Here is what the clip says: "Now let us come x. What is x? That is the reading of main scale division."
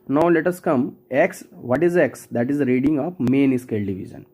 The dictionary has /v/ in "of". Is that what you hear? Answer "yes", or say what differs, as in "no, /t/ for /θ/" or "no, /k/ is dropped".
no, /p/ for /v/